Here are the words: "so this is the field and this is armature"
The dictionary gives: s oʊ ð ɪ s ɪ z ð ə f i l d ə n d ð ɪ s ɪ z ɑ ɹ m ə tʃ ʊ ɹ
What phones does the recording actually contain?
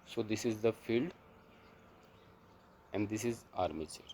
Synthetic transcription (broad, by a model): s oʊ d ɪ s ɪ z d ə f i l d ə n d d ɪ s ɪ z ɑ ɹ m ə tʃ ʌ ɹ